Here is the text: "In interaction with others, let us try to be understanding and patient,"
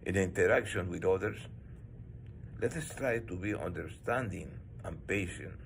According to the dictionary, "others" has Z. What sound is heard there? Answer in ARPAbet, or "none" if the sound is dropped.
S